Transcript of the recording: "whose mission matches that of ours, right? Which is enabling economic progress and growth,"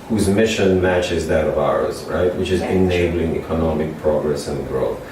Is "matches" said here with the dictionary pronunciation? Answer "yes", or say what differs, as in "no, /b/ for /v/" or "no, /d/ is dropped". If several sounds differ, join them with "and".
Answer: yes